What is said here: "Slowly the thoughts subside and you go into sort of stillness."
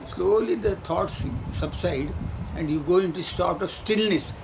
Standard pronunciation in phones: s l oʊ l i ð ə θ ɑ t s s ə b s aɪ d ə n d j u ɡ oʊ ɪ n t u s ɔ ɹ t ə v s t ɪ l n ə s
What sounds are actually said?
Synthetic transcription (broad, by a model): s l oʊ l i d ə t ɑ t s s ə b s aɪ d ə n d j u ɡ oʊ ɪ n t u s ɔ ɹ t ə v s t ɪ l n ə s